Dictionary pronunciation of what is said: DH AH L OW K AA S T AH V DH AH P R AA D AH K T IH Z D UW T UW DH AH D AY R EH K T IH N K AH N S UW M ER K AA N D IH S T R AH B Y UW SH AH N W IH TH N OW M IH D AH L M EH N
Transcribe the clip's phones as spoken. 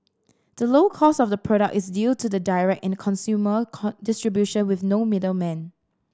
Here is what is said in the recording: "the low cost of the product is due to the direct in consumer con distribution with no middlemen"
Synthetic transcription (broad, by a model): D AH L OW K AA S AH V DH AH P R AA D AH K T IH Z D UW T UW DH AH D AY R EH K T IH N K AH N S UW M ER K D IH S T R AH B Y UW SH AH N W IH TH N OW M IH D AH L M EH N